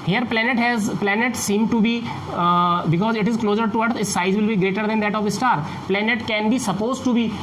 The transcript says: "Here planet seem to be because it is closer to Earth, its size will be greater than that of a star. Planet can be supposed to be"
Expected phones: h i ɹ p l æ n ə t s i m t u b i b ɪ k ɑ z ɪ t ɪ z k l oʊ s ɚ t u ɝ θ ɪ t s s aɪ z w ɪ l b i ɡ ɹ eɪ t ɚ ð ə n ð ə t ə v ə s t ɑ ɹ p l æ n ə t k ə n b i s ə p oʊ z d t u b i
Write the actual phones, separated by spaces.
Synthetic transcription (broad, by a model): h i ɹ p l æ n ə t s i m t u b i b ɪ k ɑ z ɪ t ɪ z k l oʊ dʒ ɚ t u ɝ s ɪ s s aɪ z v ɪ l b i ɡ ɹ eɪ t ɚ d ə n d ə t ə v ə s t ɑ ɹ p l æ n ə t k ə n b i s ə p oʊ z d t u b i